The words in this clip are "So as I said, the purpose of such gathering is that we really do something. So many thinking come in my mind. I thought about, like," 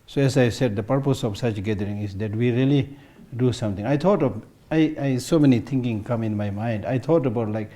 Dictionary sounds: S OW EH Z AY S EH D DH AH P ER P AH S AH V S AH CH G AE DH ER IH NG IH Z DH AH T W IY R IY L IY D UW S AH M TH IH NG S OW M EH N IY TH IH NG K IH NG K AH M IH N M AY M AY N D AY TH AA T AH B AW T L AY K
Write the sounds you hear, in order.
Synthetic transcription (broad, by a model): S OW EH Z AY S EH D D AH P ER P AH S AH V S AH CH G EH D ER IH NG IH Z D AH T W IY R IY L IY D UW S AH M T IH NG S OW M EH N IY T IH NG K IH NG K AH M IH N M AY M AY N D AY T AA T AH B AW T L AY K